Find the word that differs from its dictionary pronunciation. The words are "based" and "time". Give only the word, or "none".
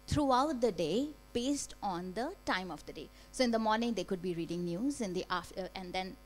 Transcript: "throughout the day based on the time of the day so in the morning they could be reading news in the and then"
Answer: none